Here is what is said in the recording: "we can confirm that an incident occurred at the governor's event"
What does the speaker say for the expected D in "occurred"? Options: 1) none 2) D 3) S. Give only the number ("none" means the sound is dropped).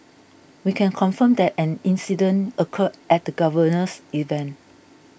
1